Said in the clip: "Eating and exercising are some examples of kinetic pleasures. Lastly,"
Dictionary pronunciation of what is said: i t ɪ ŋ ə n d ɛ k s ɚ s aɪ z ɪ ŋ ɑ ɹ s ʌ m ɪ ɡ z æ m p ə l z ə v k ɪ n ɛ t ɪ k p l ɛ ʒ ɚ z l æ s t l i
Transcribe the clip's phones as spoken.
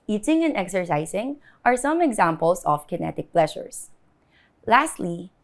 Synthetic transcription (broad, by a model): i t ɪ ŋ ə n d ɛ k s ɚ s aɪ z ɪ ŋ ɑ ɹ s ʌ m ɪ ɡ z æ m p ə l s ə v k ɪ n ɛ t ɪ k p l ɛ ʃ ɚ s l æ s t l i